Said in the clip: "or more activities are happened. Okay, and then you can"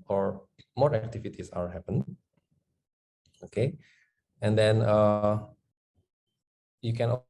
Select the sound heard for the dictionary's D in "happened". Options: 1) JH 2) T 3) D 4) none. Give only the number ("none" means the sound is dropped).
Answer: 4